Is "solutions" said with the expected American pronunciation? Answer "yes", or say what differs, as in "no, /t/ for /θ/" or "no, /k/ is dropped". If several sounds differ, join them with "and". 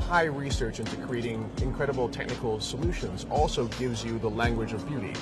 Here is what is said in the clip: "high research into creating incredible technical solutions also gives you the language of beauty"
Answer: yes